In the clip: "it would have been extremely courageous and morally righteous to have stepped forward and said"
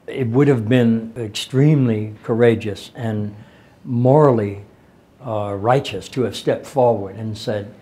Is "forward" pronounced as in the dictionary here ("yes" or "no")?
yes